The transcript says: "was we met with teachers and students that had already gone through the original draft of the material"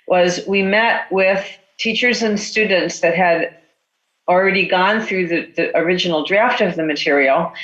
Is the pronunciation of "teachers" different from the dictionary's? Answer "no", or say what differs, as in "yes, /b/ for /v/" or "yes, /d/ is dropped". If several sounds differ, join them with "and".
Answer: no